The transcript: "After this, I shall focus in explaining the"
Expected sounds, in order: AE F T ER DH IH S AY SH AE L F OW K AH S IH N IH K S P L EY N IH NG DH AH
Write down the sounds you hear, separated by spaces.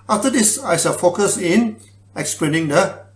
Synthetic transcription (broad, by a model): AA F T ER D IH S AY S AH F OW K AH S IH N IH K S P L EY N IH NG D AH